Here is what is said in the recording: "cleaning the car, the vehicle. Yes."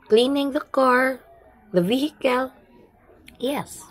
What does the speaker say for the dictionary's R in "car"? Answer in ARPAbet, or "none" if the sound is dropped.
R